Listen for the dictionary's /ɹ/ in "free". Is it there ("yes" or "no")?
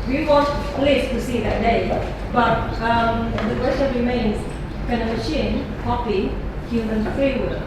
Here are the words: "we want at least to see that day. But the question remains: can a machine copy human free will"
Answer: no